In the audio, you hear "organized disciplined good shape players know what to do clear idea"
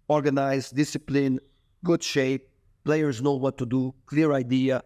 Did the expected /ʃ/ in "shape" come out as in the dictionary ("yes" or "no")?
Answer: yes